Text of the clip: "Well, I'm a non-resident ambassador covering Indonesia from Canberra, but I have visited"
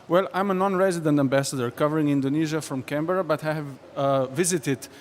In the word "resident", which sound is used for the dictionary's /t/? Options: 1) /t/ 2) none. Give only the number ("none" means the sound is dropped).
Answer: 1